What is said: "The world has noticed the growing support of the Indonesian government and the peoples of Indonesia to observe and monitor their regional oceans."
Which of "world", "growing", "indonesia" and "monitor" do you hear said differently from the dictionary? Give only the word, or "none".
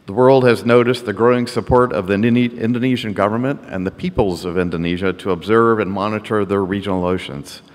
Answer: none